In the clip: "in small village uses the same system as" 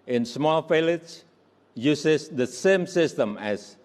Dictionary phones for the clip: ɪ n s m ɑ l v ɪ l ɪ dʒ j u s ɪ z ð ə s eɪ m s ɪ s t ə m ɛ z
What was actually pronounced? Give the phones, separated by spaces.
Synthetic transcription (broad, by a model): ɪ n s m ɑ l f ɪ l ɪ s j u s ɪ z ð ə s eɪ m s ɪ s t ə m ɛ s